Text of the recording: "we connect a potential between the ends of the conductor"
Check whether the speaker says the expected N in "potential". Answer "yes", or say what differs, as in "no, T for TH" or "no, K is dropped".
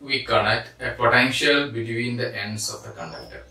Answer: yes